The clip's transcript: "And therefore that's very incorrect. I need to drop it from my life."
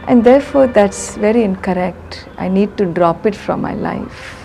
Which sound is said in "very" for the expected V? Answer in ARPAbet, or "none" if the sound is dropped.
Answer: V